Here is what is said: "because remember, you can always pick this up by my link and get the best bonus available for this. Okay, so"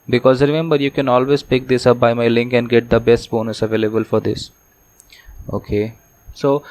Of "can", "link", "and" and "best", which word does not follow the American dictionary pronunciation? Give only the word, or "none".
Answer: none